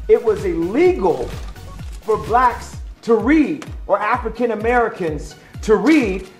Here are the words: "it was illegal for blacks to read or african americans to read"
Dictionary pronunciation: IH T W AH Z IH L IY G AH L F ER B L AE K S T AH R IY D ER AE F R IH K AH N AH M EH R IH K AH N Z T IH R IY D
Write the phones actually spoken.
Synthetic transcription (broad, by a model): IH T W AH Z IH L IY G L F ER B L AE K S T AH R IY D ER AE F R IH K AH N AH M EH R IH K AH N Z T IH R IY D